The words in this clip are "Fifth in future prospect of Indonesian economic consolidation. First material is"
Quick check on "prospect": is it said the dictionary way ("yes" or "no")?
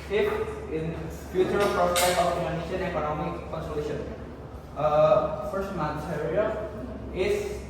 no